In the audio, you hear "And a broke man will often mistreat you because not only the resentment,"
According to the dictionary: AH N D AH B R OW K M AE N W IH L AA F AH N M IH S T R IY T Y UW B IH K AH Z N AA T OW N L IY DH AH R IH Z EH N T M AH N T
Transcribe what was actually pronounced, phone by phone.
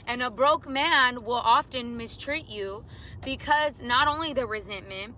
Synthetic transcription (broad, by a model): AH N AH B R OW K M AE N W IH L AA F AH N M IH S T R IY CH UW B IH K AH Z N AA T OW N L IY DH AH R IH Z EH N M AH N T